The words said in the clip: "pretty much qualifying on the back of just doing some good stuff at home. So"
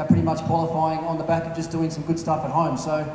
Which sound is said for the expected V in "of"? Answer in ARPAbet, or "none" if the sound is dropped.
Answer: V